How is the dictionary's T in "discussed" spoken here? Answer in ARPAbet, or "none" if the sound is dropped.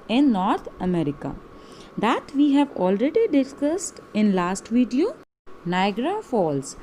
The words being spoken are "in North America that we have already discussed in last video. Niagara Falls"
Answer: T